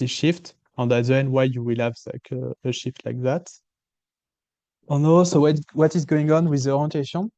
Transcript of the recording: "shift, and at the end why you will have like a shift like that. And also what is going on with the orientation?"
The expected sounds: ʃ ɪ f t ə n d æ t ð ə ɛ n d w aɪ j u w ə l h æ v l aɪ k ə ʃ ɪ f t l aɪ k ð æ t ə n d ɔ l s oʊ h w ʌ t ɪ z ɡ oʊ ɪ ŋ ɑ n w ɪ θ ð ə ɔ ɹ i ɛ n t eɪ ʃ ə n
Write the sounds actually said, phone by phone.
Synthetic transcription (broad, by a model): ʃ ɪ f t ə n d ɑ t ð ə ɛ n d w aɪ j u w ə l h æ v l aɪ k ə ʃ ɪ f t l aɪ k ð æ t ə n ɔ s oʊ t w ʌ t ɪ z ɡ oʊ ɪ ŋ ɑ n w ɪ ð ə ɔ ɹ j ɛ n t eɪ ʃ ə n